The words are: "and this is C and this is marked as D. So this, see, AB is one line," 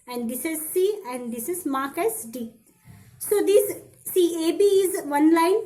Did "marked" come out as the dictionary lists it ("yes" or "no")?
no